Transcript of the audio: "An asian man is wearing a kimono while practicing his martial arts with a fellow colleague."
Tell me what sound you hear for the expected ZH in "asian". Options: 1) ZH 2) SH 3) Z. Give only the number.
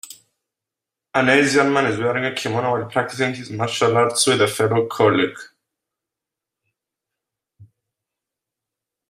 3